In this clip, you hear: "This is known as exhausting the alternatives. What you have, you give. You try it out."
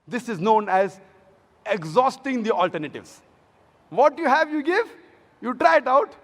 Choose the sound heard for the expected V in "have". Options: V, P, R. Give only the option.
V